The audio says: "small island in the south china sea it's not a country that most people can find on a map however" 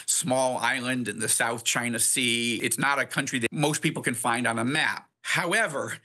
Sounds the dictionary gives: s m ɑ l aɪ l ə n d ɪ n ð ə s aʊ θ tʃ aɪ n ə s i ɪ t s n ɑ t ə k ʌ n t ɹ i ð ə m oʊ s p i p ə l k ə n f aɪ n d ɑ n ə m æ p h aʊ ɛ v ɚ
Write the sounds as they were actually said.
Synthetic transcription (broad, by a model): s m ɑ l aɪ l ə n d ɪ n ð ə s aʊ θ tʃ aɪ n ə s i ɪ t s n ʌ t ə k ʌ n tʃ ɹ i ð ə m oʊ s p i p l k ə n f aɪ n d n ə m æ p h aʊ ɛ v ɚ